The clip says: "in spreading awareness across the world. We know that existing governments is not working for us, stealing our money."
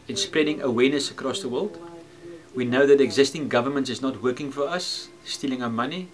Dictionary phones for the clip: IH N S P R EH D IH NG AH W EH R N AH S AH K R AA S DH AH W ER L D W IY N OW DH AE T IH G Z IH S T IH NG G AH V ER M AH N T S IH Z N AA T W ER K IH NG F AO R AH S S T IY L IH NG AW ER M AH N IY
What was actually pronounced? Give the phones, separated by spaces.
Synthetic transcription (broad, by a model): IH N S P R EH D IH NG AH W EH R N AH S AH K R AA S DH AH W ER L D W IY N OW DH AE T IH G Z IH S T IH NG G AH V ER M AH N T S IH Z N AA T W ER K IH NG F AO R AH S S T IY L IH NG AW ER M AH N IY